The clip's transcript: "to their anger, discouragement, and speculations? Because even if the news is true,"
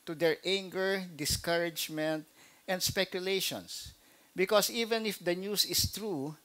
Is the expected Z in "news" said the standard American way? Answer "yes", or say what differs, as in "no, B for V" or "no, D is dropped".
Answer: no, S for Z